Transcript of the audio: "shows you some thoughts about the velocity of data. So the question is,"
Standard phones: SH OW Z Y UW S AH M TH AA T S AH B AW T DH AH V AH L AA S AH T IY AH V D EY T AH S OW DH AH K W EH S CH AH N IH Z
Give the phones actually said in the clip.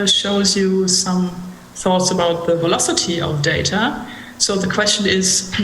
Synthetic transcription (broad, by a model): SH OW Z Y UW S AH M TH AA T S AH B AW T DH AH V AH L AA S AH T IY AH V D EY T AH S OW DH AH K W EH S CH AH N IH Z